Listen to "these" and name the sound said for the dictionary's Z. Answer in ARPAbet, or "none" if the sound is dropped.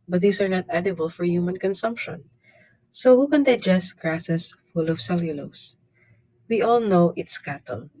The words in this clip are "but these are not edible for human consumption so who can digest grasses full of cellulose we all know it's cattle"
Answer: S